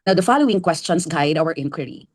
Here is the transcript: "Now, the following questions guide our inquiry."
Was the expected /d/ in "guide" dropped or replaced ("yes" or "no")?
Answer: no